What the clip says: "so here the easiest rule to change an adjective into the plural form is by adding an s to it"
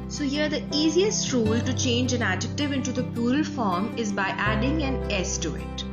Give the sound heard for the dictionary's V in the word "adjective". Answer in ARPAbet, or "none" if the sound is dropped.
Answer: V